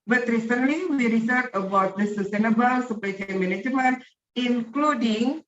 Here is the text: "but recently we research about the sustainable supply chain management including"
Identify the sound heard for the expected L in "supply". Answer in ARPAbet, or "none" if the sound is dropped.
none